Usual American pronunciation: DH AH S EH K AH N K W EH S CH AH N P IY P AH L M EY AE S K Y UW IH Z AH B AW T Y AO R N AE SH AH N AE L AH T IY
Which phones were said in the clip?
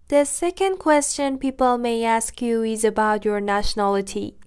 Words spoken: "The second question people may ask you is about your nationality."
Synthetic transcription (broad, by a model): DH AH S EH K AH N K W EH S CH AH N P IY P AH L M EY AE S K Y UW IH Z AH B AW T Y AO R N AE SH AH N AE L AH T IY